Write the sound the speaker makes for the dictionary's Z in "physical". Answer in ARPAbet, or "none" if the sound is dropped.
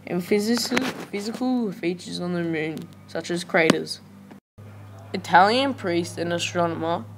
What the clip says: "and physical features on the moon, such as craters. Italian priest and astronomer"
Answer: Z